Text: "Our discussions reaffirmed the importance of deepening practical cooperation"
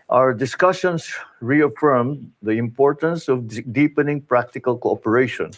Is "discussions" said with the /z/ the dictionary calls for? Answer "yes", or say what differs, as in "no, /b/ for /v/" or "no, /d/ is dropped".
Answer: no, /s/ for /z/